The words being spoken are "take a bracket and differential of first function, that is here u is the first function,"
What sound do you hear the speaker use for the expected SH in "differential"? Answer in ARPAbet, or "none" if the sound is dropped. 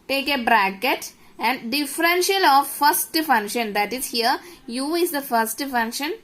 SH